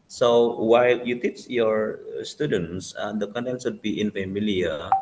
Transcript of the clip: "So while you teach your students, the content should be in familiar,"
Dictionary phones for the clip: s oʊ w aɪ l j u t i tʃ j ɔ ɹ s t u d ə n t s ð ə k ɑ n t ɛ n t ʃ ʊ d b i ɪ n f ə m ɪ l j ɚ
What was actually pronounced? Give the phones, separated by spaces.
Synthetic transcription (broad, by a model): s oʊ w aɪ l j u t i tʃ j ɔ ɹ s t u d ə n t s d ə k ɑ n t ɛ n t s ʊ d b i ɪ n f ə m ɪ l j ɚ